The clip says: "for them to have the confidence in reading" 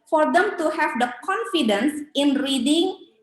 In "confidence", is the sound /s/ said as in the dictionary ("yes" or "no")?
yes